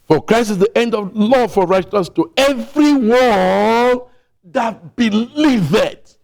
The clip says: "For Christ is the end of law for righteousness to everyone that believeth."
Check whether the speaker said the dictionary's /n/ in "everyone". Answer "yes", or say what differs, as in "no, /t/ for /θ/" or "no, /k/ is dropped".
no, /l/ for /n/